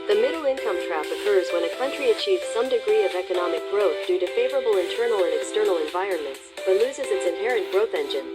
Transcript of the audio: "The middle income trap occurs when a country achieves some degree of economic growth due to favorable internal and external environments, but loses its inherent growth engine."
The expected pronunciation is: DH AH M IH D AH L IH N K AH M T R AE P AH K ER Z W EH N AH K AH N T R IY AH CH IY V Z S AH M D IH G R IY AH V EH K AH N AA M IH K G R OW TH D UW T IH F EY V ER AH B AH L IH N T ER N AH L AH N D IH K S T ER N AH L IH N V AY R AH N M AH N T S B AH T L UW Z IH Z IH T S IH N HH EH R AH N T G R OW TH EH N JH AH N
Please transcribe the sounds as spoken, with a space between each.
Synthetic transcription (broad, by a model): DH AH M IH D L IH N K AH M T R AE F AH K ER Z W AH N AH K AH N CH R IY AH CH IY V Z S AH M D IH G R IY AH V EH K AH N AA M IH K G R OW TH D UW T IH F EY V ER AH B L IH N T ER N L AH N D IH K S T ER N L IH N V AY R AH N M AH N T S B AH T L UW Z IH Z IH T S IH N HH EH R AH N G R OW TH EH N JH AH N